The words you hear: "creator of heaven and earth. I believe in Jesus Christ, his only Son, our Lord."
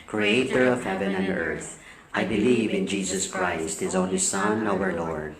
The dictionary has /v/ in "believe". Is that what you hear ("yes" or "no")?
yes